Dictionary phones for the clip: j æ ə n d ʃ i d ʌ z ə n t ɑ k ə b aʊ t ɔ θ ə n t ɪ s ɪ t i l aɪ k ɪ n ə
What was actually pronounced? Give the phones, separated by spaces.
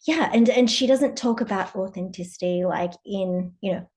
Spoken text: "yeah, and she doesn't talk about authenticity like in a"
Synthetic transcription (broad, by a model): j æ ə n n ʃ i d ʌ z ə n t ɑ k ə b aʊ t ɔ θ ə n t ɪ s ɪ t i l aɪ k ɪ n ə